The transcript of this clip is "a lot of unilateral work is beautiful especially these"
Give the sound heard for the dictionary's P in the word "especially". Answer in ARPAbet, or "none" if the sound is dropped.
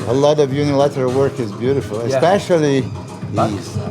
P